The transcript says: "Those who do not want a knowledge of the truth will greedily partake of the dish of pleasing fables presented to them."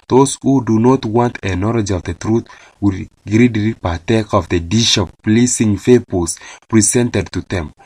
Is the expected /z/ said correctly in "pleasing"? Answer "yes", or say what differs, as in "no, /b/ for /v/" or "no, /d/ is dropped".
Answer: no, /s/ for /z/